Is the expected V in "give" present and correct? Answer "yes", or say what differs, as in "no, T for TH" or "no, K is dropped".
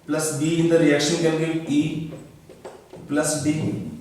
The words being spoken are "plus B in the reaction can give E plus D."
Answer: no, V is dropped